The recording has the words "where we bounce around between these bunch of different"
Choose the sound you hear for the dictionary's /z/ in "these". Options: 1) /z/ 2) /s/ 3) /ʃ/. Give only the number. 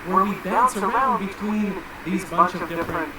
1